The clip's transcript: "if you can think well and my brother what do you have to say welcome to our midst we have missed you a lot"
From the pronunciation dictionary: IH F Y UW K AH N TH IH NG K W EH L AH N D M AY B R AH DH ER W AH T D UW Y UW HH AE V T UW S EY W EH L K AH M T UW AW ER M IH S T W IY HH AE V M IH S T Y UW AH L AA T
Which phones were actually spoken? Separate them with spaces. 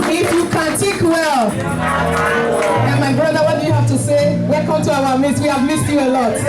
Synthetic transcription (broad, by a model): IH F Y UW K AH N T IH K W EH L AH N M AY B R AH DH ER W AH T D UW Y UW HH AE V T UW S EY W EH L K AH M T UW AW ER M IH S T W IY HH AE V M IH S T Y UW AH L AA T